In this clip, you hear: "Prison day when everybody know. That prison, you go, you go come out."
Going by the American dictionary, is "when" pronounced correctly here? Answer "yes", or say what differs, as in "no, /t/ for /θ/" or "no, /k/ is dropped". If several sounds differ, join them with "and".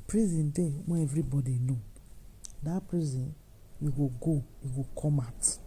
no, /n/ is dropped